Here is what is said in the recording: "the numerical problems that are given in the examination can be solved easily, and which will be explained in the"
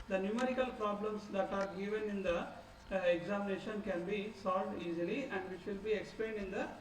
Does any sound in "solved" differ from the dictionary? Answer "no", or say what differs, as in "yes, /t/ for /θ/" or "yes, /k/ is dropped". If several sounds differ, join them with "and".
no